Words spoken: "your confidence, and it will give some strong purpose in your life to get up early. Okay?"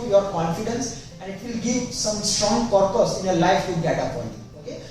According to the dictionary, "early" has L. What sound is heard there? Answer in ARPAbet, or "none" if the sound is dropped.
N